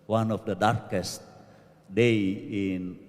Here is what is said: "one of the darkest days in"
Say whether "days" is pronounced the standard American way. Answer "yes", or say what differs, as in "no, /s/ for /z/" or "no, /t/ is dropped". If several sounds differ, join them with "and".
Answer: no, /z/ is dropped